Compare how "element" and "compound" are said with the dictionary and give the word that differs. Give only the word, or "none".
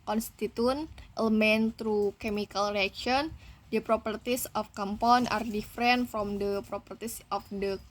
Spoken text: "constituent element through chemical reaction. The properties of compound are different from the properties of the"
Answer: compound